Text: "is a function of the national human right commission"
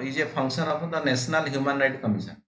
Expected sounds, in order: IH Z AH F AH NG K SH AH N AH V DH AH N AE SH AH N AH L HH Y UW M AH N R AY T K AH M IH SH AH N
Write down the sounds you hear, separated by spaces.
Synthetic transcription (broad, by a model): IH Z AH P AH NG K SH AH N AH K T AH N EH S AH N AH L HH Y UW M AH N R AY T K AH M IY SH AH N